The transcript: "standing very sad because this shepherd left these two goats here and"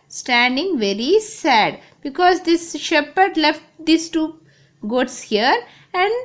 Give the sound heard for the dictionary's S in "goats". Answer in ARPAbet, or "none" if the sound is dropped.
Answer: S